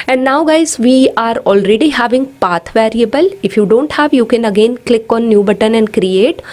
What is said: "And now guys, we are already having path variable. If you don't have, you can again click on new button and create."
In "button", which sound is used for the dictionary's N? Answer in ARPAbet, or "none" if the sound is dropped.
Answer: N